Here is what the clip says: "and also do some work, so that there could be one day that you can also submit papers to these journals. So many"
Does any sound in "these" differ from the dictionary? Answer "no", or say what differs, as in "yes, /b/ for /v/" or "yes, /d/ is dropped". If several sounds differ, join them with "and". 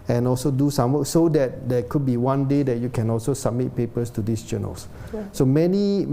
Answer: yes, /s/ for /z/